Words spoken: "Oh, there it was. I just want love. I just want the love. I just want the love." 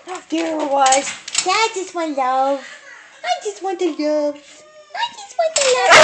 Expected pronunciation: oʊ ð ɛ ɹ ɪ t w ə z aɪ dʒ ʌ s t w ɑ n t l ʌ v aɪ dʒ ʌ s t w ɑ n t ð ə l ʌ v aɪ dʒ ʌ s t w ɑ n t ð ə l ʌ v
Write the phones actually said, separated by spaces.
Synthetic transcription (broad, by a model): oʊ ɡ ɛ w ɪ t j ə aɪ dʒ ʌ s t w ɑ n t l ʌ v aɪ dʒ ʌ s t w ɑ n t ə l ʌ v aɪ dʒ ʌ s t w ɑ n t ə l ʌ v